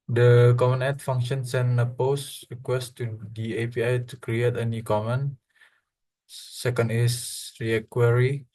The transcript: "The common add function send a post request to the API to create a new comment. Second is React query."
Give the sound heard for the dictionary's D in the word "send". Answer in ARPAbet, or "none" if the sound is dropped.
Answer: none